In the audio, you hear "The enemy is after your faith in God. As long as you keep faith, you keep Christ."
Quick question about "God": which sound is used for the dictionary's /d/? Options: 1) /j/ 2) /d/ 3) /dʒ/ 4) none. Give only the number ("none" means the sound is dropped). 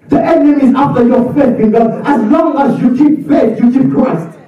4